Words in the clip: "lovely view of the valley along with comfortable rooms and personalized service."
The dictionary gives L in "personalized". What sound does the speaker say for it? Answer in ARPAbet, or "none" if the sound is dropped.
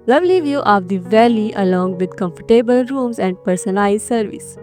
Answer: none